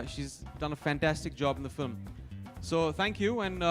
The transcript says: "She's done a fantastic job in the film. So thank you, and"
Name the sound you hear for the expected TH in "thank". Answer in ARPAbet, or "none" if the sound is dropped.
TH